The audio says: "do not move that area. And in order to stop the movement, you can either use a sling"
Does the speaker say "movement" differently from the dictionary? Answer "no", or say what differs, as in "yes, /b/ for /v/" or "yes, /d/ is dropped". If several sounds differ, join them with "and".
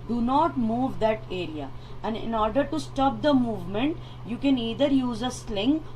no